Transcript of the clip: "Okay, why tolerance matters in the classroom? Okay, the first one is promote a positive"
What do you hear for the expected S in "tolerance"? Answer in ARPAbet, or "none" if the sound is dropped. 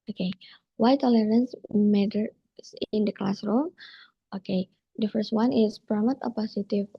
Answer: S